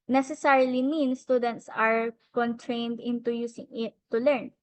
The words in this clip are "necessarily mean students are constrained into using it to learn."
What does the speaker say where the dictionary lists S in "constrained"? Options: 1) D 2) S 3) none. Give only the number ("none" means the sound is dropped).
3